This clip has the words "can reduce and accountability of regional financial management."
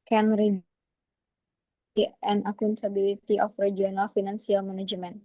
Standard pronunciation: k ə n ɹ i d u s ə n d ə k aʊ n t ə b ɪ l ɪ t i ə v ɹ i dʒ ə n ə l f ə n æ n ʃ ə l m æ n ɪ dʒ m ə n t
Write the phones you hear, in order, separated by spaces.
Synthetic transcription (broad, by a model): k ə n ɹ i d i ə n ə k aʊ n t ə b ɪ l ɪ t i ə f ɹ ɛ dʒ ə n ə l f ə n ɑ n s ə l m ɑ n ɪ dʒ m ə n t